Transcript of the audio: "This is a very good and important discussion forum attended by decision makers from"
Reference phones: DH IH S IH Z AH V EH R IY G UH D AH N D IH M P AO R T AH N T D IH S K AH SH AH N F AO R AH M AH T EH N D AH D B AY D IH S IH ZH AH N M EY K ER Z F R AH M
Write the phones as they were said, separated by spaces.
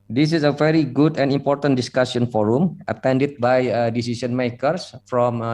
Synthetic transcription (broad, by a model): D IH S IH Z AH V EH R IY G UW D AH N D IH M P AO R T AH N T D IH S K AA S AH N F AO R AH M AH T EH N D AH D B AY D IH S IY S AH N M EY K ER S F R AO M